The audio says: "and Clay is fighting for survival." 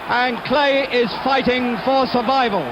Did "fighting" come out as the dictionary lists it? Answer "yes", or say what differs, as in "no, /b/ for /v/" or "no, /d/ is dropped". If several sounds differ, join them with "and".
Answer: yes